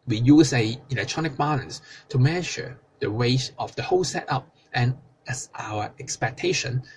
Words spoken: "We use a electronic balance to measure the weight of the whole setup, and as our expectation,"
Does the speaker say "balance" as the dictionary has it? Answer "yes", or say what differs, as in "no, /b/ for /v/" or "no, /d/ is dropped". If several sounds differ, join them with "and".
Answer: no, /n/ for /l/